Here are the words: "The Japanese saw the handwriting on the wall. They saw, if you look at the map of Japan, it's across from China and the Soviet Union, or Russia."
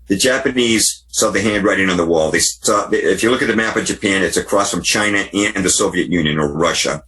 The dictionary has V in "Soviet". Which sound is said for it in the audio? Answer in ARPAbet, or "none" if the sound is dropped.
V